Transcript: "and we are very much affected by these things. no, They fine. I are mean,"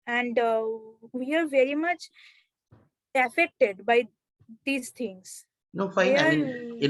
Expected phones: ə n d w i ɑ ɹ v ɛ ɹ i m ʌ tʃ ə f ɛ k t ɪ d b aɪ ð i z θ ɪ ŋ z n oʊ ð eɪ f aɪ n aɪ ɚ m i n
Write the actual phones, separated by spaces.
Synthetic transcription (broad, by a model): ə n d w i ɑ ɹ v ɛ ɹ i m ʌ tʃ ə f ɛ k t ɪ d b aɪ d i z t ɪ ŋ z n oʊ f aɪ aɪ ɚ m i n